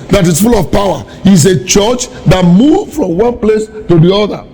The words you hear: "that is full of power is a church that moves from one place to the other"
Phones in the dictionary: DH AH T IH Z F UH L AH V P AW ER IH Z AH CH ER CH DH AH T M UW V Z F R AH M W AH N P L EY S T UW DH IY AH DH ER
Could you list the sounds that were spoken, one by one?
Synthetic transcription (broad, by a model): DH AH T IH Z F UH L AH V P AW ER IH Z AH CH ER CH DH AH T M UW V F R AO M W AH N P L EY S T UW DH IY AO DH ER